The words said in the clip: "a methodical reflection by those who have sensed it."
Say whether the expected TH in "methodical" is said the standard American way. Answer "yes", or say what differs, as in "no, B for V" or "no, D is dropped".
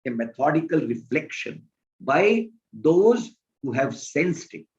no, T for TH